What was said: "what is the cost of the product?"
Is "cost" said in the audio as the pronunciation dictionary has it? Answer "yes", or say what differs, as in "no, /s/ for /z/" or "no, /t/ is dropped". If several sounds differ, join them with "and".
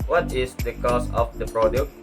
no, /t/ is dropped